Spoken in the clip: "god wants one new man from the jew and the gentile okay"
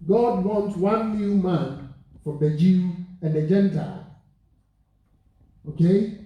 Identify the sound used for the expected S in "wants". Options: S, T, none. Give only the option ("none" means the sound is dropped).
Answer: none